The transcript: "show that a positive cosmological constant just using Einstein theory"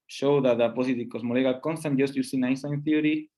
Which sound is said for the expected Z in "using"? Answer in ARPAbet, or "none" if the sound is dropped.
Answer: S